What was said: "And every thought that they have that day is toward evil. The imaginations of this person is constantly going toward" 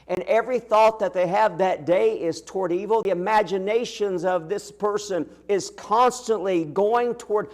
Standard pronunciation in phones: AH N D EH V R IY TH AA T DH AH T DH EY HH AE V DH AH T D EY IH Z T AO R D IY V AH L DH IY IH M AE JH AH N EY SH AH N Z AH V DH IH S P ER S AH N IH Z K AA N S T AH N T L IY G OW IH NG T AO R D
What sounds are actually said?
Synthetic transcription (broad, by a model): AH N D EH V R IY TH AA T DH AH T DH EY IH V DH AH T D EY IH Z T AO R D IY V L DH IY IH M AE JH AH N EY SH AH N Z AH V DH IH S P ER S AH N IH Z K AA N S T AH N T L IY G OW IH NG T AO R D